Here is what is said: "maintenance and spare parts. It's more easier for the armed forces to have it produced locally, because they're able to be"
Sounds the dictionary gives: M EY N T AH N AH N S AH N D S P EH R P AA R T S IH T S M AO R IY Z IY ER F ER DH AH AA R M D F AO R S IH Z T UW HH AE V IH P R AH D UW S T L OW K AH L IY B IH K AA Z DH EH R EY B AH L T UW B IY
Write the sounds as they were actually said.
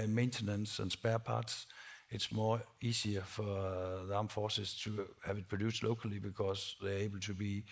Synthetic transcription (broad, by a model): M EY N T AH N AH N S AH N S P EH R P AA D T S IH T S M AO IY S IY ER F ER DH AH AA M F AO S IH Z T UW HH AE V IH P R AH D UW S L OW K AH L IY B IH K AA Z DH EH EY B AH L T UW B IY